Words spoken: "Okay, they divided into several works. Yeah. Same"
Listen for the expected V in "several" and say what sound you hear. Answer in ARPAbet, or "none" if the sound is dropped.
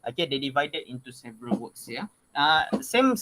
V